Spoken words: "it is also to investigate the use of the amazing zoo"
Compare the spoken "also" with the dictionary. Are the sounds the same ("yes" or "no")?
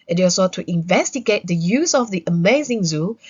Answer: no